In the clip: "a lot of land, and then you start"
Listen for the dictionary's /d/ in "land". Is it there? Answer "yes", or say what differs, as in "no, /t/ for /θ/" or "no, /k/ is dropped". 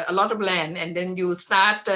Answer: no, /d/ is dropped